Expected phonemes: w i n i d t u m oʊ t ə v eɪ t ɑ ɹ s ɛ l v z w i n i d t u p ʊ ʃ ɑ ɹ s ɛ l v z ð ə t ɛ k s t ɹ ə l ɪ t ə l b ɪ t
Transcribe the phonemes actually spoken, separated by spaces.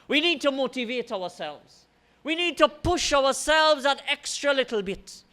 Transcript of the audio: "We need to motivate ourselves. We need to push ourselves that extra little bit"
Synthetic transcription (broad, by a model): w i n i d t u m oʊ t ə v eɪ t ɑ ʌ s ɛ l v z w i n i d t u p ʊ ʃ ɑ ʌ s ɛ l v z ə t ɛ k s t ɹ ə l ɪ t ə l b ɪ t